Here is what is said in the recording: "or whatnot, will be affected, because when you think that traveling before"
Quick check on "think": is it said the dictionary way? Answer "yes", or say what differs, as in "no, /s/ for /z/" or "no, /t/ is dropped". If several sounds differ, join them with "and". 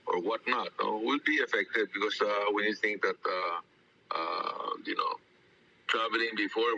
no, /t/ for /θ/